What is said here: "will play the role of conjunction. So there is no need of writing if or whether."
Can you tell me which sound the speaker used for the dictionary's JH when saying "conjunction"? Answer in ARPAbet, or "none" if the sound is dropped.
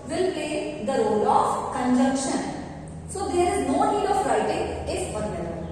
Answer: JH